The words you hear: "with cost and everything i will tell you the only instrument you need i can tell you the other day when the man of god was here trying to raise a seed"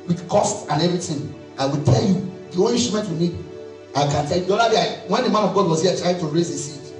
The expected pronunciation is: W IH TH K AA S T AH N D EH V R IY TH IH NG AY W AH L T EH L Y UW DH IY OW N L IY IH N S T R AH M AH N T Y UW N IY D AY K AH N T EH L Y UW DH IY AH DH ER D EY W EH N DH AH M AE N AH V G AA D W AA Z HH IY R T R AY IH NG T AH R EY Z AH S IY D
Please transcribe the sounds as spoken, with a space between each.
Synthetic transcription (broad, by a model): W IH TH K AA S T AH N EH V R IY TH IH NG AY W AH L T EH L Y UW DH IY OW L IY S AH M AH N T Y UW N IY D AY K AH N T EH L Y UW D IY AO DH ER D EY W EH N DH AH M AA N AH V G AA D W AA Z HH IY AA T R AY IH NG T AH R EY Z AH S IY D